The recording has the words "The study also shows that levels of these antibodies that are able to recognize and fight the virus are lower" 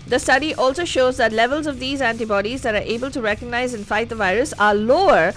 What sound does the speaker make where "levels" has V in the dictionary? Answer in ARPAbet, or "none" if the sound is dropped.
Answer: V